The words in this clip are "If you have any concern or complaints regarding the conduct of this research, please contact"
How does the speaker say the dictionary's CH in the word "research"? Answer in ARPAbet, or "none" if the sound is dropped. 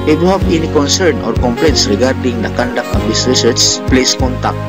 S